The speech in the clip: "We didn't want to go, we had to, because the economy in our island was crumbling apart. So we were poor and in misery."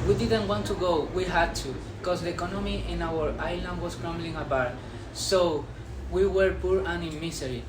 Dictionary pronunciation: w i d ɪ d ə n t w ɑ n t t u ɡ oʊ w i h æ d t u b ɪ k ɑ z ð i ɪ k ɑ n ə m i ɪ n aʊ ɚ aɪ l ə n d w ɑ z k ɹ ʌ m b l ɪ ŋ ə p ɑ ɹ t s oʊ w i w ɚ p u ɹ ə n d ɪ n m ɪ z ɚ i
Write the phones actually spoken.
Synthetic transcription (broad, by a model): w i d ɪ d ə n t w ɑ n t t u ɡ oʊ w i h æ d t u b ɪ k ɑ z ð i ɪ k ɑ n ə m i ɪ n aʊ ɚ aɪ l ə n d w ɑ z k ɹ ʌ m b l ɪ ŋ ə b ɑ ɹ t s oʊ w i w ɚ p u ɹ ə n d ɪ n m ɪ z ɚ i